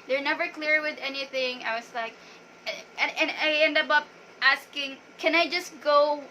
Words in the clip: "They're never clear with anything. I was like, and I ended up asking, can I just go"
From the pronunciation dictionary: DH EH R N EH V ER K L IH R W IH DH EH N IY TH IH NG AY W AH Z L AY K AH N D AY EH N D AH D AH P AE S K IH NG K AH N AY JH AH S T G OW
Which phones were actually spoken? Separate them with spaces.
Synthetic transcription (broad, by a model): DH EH R N EH V ER K L IH R W IH DH EH N IY TH IH NG AY W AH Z L AY K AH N AY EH N D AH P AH P AE S K IH NG K AH N AY JH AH S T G OW